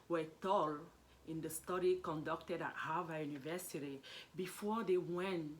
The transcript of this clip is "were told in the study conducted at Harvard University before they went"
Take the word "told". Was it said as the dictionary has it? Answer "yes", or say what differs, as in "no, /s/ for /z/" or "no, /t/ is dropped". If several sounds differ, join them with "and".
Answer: no, /d/ is dropped